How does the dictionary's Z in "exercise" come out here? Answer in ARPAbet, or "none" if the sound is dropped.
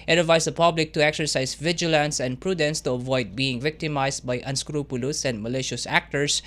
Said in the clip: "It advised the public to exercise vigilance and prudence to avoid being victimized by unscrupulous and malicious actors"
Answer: S